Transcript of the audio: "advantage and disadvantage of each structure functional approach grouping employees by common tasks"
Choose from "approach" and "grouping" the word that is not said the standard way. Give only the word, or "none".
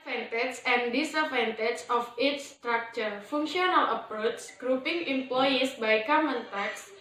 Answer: approach